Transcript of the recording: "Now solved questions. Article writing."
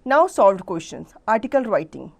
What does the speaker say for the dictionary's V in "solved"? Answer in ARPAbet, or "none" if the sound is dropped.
V